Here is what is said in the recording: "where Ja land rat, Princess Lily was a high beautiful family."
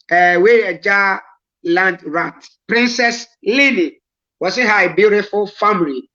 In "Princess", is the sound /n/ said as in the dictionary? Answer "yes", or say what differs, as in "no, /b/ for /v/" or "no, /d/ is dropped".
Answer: yes